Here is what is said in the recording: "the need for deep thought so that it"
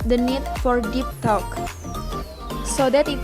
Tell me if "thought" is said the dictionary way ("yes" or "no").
no